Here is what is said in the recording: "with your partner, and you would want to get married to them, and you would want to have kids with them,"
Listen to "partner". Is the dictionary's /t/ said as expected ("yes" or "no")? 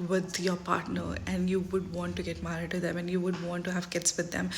yes